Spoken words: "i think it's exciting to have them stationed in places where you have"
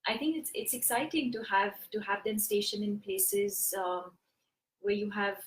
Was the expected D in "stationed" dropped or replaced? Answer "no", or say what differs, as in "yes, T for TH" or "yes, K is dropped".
yes, D is dropped